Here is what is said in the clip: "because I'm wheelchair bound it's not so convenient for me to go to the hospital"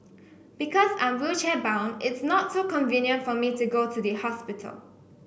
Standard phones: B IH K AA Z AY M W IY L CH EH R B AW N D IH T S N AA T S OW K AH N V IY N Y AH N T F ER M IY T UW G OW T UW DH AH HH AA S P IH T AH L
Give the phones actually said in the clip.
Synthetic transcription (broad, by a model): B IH K AA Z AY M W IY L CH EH B AW N IH T S N AA T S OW K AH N V IY N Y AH N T F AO M IY T UW G OW T UW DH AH HH AA S P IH T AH L